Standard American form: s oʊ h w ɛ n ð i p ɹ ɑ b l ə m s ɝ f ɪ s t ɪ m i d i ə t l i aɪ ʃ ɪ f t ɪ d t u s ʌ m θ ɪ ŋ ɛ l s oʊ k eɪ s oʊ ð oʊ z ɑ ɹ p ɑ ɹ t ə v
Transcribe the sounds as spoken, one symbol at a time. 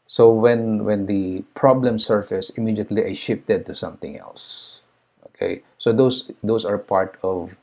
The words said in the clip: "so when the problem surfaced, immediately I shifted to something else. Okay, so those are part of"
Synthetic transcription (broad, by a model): s oʊ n w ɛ n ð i p ɹ ɑ b l ə m s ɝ f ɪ s ɪ m i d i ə t l i aɪ ʃ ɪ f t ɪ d t u s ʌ m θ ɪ ŋ ɛ l s oʊ k eɪ s oʊ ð oʊ s ɑ ɹ p ɑ ɹ t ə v